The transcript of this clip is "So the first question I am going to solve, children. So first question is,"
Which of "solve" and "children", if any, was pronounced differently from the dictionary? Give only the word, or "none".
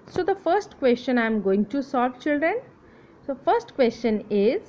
solve